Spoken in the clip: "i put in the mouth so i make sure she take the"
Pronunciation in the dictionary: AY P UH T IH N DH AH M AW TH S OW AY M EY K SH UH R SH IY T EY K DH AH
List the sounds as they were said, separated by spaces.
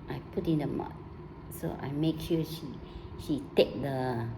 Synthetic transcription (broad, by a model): AY P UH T IH N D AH M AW T S OW AY M EY K SH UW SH SH IY T EY K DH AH